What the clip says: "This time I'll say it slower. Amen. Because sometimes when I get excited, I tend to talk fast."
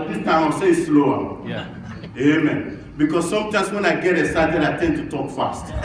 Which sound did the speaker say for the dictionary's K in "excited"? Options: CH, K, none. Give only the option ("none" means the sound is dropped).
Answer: none